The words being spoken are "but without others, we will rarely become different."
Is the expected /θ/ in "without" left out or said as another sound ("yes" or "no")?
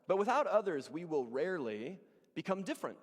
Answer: no